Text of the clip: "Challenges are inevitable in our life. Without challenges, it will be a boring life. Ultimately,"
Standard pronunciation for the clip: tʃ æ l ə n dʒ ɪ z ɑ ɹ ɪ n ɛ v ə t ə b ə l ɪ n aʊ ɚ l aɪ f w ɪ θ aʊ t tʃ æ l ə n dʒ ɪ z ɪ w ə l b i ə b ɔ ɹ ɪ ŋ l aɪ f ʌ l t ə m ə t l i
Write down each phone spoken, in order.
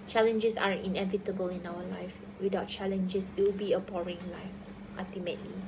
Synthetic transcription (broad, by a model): tʃ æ l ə n dʒ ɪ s ɑ ɹ ɪ n ɛ v ə t ə b ə l ɪ n aʊ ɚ l aɪ f w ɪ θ aʊ t tʃ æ l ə n dʒ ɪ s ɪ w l b i ə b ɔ ɹ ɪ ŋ l aɪ f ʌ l t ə m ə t l i